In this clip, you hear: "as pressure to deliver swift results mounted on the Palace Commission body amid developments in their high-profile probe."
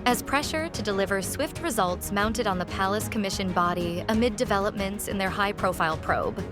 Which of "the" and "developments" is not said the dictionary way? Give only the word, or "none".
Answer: none